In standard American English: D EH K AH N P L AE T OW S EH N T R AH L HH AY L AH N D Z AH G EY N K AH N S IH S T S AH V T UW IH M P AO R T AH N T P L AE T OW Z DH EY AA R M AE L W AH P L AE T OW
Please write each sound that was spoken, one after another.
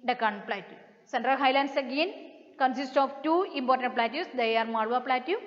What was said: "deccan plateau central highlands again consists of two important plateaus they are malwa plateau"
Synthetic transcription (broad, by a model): D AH K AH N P L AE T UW S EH N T R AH L HH AY L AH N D S AH G EY N K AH N S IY S T AH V T UW IH M P AO R T AH N T P L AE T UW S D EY AA R M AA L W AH P L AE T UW